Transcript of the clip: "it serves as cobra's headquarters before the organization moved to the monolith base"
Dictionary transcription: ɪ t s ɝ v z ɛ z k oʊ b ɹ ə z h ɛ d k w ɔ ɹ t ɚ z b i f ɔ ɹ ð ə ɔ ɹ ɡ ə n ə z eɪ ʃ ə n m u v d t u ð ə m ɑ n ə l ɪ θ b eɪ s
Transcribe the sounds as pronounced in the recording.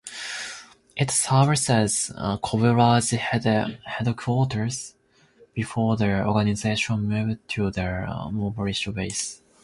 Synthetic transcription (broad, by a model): ɪ t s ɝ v s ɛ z k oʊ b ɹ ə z h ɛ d k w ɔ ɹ t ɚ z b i f ɔ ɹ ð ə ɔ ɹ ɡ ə n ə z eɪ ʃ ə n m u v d t u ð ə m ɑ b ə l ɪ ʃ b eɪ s